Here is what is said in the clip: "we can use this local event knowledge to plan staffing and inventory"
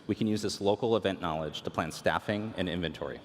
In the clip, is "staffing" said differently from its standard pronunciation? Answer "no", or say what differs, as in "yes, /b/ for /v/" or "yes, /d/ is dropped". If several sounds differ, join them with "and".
no